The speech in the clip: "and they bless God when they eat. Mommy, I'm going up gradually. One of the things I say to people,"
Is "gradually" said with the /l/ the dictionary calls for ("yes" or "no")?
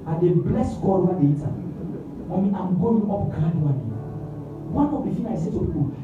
no